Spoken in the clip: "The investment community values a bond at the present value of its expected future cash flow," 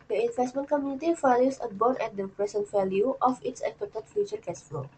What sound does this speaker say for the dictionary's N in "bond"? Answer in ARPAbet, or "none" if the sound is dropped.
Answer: none